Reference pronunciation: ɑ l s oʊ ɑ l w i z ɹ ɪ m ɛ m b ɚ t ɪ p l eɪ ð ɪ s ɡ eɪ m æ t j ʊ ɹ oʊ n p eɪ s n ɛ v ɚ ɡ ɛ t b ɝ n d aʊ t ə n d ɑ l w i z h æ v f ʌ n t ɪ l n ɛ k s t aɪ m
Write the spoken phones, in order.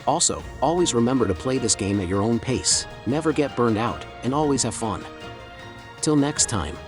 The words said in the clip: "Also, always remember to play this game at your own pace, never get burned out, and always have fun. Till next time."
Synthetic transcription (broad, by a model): ɑ l s oʊ ɑ l w i z ɹ ɪ m ɛ m b ɚ t ɪ p l eɪ ð ɪ s ɡ eɪ m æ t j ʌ ɹ oʊ n p eɪ s n ɛ v ɚ ɡ ɛ t b ɝ n d aʊ t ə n ɑ l w i z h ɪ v f ʌ n t ɪ l n ɛ k s t aɪ m